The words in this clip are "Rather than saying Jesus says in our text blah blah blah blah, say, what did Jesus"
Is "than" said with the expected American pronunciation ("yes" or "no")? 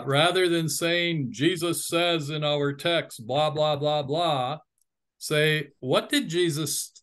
yes